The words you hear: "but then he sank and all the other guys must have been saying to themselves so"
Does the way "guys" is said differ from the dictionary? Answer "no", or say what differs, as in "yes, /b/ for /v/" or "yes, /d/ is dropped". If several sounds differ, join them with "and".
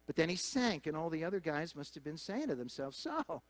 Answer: no